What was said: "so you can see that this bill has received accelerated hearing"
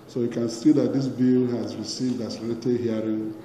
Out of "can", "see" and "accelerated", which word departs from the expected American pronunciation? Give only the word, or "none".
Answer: accelerated